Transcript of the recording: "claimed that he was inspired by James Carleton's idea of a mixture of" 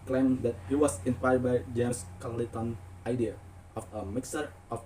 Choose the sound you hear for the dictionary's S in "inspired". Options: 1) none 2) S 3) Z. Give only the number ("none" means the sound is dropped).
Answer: 1